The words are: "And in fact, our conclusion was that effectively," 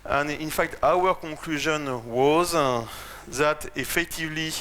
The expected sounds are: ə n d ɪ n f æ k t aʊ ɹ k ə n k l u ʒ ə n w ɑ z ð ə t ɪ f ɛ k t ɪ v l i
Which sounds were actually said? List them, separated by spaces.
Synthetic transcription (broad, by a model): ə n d ɪ n f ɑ k t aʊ ɹ k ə k l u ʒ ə n w ɑ z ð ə t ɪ f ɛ k t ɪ v l i